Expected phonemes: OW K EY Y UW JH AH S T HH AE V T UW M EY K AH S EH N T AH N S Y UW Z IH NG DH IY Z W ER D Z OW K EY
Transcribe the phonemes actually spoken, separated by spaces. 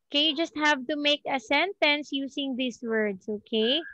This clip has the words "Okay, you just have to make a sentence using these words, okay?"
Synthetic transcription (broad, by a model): K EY Y UW JH AH S T HH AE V T UW M EY K AH S EH N T AH N S Y UW S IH NG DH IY S W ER D S OW K EY